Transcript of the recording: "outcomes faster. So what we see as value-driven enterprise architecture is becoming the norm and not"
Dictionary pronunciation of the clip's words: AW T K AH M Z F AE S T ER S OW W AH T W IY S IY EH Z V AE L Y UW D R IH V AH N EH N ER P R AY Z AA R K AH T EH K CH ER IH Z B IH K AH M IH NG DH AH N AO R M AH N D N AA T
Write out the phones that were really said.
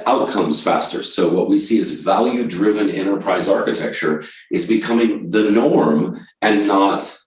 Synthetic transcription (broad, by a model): AW T K AH M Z F AE S T ER S OW W AH T W IY S IY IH Z V AE L Y UW D R IH V AH N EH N ER P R AY Z AA R K AH T EH K CH ER IH Z B IH K AH M IH NG DH AH N AO R M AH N N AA T